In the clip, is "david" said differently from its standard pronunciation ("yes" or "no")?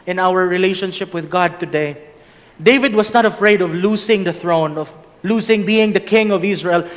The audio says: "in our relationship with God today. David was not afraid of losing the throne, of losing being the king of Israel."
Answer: no